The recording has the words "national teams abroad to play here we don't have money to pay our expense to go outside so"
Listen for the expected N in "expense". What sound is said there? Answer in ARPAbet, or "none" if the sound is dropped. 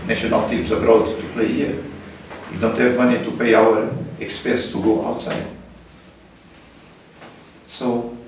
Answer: none